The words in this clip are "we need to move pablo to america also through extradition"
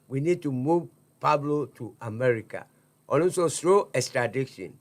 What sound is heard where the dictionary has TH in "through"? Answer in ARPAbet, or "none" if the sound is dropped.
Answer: S